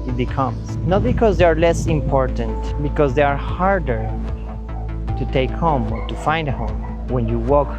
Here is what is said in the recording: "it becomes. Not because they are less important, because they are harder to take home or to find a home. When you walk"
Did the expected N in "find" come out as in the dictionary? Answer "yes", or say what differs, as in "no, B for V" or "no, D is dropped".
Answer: yes